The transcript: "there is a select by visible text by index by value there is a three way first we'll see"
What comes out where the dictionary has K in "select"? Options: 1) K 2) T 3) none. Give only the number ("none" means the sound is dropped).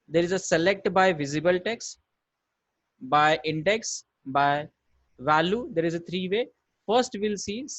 1